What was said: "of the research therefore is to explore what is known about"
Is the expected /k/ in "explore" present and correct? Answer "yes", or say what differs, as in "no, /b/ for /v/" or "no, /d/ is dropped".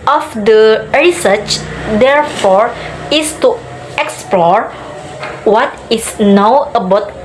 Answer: yes